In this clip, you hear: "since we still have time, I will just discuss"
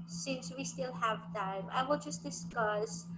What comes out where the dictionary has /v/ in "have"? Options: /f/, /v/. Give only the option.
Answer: /v/